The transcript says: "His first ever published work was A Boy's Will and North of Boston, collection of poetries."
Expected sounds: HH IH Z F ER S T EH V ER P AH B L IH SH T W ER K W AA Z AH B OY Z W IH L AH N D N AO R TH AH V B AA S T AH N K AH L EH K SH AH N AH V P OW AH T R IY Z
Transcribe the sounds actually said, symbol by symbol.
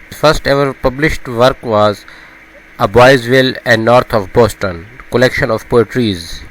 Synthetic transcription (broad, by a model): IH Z F ER S T EH V ER P AH B L IH SH T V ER K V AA Z AH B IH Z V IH L AH N D N AO R T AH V B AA S T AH N K AH L EH K SH AH N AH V P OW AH T R IY Z